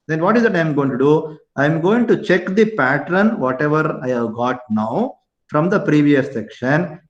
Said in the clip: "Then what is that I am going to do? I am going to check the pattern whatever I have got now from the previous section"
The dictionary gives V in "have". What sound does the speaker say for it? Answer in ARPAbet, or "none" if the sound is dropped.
V